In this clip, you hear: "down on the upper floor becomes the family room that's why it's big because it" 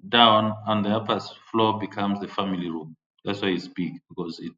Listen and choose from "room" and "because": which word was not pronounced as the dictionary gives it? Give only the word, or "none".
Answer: none